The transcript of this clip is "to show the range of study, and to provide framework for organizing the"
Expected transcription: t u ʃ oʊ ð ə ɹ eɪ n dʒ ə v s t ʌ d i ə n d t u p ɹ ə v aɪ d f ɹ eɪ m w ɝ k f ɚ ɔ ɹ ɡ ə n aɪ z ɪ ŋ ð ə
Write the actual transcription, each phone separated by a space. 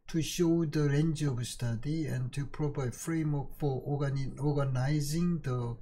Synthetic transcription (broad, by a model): t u ʃ oʊ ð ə ɹ eɪ n dʒ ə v s t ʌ d i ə n t u p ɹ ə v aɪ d f ɹ eɪ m w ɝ k f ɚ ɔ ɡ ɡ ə n aɪ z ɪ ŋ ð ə